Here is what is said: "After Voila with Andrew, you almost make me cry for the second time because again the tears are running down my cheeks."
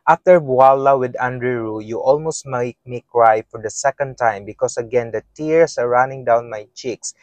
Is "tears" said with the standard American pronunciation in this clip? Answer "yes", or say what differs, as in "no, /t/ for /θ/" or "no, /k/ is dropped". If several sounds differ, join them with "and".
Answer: no, /s/ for /z/